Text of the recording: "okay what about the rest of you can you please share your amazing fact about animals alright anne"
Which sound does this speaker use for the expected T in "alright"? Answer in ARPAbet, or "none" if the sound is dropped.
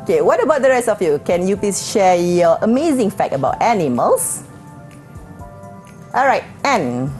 T